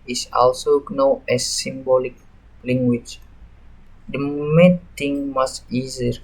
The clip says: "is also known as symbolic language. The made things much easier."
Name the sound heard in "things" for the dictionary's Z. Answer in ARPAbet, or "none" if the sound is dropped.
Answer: none